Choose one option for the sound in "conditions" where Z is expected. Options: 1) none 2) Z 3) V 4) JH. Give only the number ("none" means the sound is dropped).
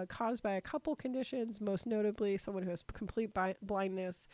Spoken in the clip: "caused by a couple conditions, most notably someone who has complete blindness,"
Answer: 2